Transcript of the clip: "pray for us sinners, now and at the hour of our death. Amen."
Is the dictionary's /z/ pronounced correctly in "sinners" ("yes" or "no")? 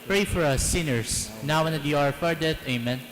no